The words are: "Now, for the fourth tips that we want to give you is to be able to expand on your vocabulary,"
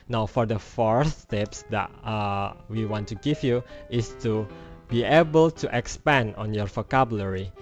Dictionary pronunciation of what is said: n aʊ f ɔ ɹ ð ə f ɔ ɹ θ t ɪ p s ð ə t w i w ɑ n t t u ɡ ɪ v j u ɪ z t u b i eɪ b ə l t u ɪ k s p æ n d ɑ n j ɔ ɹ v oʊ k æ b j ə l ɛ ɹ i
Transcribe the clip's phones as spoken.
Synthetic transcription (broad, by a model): n aʊ f ɔ ɹ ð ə f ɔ ɹ s t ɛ p s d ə t w i w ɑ n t t u ɡ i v j u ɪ s t u b i eɪ b ə l t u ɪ k s p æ n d ɑ n j ɔ ɹ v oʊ k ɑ b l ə ɹ i